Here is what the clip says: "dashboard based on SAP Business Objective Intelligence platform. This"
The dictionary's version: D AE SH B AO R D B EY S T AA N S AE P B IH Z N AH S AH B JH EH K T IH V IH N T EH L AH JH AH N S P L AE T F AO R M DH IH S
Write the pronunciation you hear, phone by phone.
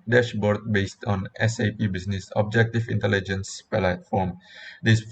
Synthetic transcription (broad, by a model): D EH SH B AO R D B EY S T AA N S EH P B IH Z N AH S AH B JH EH K T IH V IH N T EH L AH JH AH N S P L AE T F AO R M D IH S